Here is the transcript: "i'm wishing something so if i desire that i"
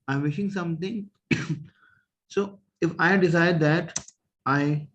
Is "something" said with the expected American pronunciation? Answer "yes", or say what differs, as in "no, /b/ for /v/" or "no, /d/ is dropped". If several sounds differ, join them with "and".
no, /t/ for /θ/